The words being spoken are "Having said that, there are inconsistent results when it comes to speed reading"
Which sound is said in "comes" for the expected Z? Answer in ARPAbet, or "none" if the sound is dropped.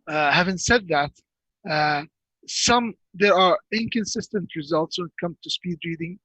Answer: none